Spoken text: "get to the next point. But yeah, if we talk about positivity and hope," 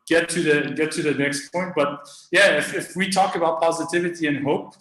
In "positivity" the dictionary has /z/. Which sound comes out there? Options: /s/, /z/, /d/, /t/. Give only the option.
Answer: /z/